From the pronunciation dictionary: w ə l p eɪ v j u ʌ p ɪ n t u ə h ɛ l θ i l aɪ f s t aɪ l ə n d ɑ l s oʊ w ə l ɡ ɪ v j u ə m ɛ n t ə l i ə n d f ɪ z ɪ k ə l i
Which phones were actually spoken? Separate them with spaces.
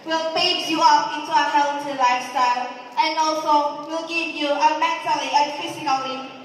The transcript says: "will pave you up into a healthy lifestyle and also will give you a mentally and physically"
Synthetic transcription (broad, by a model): w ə l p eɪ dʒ j u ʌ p ɪ n t u ə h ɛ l t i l aɪ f s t aɪ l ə n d ɑ l s oʊ w ə l ɡ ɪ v j u ə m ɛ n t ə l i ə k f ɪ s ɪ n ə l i